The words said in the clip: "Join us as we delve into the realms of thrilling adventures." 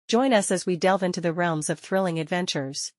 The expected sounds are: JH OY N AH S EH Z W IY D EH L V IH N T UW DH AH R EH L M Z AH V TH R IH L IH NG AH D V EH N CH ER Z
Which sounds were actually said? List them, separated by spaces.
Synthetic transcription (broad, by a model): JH OY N AH S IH Z W IY D EH L V IH N T UW DH AH R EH L M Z AH V TH R IH L IH NG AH D V EH N CH ER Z